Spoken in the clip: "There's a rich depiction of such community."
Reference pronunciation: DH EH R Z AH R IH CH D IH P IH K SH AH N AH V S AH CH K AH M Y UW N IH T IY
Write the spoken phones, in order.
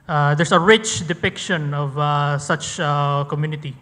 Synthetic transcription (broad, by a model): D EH R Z AH R IH CH D IH P IH K SH AH N AH V S AH CH K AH M Y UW N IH T IY